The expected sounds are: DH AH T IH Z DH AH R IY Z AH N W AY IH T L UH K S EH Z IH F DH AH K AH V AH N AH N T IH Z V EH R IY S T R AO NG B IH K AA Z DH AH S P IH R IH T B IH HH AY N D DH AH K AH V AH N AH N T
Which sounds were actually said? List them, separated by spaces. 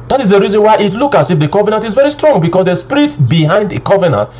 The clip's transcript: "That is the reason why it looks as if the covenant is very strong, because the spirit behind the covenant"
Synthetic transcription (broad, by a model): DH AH T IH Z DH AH R IY Z AH N W AY IH T L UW K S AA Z IH F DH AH K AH V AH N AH N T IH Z V EH R IY S T R AO NG B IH K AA S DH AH S P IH R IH T B IH HH AY N D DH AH K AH V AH N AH N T